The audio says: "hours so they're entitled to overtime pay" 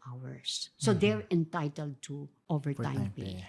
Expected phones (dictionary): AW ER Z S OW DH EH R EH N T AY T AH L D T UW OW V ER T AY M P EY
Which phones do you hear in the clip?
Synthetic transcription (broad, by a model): AW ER S OW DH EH R EH N T AY T AH L D T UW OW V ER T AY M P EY